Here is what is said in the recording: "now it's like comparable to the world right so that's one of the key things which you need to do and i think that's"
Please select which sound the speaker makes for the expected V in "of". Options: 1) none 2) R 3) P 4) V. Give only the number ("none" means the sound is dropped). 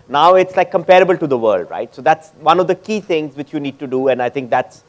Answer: 4